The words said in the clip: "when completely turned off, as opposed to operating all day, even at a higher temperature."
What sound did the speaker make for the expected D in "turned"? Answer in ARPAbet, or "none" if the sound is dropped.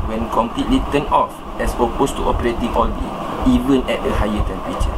none